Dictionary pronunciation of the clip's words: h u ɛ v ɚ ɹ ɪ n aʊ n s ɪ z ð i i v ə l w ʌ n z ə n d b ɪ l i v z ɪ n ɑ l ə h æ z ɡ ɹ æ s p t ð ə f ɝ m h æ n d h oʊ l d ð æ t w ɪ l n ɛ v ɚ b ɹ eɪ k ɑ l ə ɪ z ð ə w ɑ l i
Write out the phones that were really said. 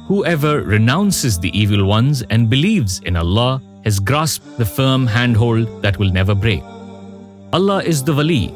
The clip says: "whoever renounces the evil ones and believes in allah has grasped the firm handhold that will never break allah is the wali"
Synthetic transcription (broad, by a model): h u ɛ v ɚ ɹ ɪ n aʊ n s ɪ z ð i i v ə l w ʌ n z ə n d b ɪ l i v z ɪ n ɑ l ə h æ z ɡ ɹ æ s p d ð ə f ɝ m h æ n d h oʊ l d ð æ t w ɪ l n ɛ v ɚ b ɹ eɪ k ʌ l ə ɪ z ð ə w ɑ l i